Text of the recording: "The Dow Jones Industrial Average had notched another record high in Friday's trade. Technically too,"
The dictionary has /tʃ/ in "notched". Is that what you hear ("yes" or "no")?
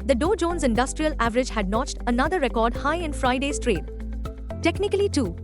yes